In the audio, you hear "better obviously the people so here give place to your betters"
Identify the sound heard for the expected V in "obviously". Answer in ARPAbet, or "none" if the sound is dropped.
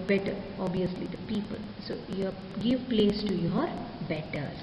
none